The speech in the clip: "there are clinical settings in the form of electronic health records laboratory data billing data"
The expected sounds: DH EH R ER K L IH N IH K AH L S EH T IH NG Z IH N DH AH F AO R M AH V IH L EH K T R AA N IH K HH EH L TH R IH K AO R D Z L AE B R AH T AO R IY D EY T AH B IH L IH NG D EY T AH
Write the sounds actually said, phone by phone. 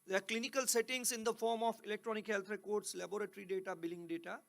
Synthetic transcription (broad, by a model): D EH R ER K L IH N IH K AH L S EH T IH NG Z IH N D AH F AO R M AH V IH L EH K T R AA N IH K HH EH L T R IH K AO R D S L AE B R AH T R IY D EY T AH B IH L IH NG D EY T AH